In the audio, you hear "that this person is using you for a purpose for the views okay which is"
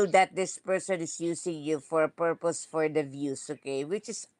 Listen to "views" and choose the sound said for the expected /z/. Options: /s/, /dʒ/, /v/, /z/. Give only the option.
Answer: /s/